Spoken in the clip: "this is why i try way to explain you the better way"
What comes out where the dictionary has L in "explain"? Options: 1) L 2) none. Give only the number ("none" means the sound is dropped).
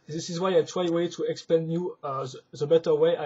2